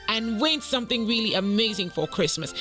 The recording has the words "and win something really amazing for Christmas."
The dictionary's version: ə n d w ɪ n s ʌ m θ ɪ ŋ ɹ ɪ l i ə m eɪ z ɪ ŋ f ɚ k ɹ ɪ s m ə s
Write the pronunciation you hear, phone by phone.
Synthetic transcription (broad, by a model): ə n w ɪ n s ʌ m θ ɪ ŋ ɹ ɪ l i ə m eɪ z ɪ ŋ f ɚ k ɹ ɪ s m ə s